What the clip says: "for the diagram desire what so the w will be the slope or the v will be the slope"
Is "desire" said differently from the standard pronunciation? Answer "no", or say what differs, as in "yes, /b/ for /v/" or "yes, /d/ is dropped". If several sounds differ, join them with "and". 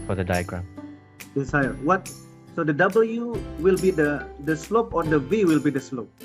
yes, /s/ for /z/